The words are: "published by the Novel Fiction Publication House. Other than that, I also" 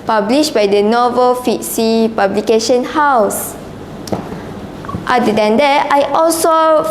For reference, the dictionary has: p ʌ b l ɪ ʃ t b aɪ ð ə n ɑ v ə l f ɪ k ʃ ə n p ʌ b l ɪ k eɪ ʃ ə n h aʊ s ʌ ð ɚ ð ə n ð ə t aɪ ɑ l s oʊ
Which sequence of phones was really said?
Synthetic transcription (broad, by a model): p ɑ b l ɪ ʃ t b aɪ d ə n ɑ v ə l f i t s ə p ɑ b l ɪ k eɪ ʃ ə n h aʊ s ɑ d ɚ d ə n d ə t aɪ ɑ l s oʊ